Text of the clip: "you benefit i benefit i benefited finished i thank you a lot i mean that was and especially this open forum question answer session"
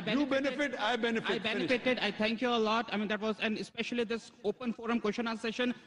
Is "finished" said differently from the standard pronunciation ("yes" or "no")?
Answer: yes